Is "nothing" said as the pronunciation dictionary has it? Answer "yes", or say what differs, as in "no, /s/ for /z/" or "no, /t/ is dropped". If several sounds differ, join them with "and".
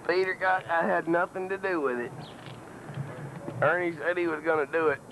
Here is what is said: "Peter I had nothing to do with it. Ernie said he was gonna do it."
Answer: yes